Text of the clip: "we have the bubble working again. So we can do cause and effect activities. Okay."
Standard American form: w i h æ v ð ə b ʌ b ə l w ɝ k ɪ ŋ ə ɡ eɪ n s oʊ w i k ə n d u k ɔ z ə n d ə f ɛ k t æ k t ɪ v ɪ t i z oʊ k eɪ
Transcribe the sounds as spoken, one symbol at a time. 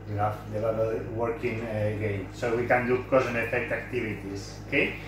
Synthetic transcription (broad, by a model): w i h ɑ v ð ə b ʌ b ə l w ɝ k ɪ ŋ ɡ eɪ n s oʊ w i k ə n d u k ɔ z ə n ə f ɛ k t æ k t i b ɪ t i s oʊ k eɪ